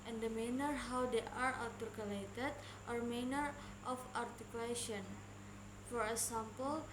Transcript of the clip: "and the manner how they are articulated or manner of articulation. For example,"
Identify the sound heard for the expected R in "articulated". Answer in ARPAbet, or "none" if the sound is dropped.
L